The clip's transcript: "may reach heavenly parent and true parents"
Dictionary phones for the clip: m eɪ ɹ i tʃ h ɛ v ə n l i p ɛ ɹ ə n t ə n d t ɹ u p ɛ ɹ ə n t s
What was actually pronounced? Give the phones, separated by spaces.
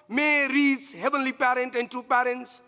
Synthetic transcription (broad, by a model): m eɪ ɹ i s h ɛ v ə n l i p ɛ ɹ ə n t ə n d t ɹ u p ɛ ɹ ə n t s